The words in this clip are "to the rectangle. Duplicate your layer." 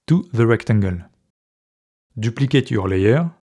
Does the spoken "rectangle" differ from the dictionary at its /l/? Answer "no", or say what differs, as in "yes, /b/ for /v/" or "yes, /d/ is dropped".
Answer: no